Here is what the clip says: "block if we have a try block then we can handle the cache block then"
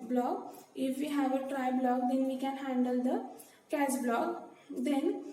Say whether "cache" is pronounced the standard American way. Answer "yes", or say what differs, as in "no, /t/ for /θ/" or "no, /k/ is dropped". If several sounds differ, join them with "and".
no, /s/ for /ʃ/